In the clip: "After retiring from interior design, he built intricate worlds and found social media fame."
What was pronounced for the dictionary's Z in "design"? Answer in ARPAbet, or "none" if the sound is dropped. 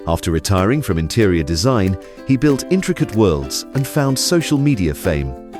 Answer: Z